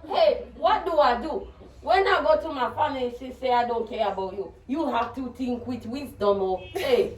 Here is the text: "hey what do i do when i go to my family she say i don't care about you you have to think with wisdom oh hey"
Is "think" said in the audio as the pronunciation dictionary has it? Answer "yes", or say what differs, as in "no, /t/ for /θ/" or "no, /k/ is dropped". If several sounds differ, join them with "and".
no, /t/ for /θ/